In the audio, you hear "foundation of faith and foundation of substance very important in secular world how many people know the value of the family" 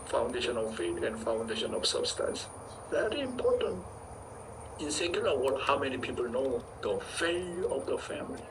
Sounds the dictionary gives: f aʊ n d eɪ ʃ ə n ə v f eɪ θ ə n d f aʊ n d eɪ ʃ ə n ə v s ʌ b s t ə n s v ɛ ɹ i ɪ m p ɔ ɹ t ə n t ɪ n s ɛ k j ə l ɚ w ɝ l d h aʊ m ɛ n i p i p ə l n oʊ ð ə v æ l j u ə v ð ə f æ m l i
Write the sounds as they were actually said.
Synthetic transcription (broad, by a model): f aʊ n d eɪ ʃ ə n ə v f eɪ t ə n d f aʊ n d eɪ ʃ ə n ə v s ʌ b s t ə n s v ɛ ɹ i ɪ m p ɔ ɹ t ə n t ɪ n s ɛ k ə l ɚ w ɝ d h aʊ m ɛ n i p i p ə l n oʊ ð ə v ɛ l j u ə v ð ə f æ m l i